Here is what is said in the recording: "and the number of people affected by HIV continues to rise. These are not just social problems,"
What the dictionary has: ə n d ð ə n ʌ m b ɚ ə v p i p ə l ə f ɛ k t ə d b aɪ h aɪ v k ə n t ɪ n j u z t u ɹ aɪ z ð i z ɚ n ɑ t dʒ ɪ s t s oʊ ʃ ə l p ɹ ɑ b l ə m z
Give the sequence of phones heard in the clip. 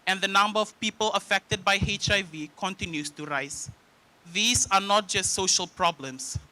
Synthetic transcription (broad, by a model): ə n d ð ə n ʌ m b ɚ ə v p i p ə l ə f ɛ k t ə d b aɪ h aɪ v k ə n t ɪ n j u s t u ɹ aɪ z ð i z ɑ n ɑ t dʒ ɪ s t s oʊ ʃ ə l p ɹ ɑ b l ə m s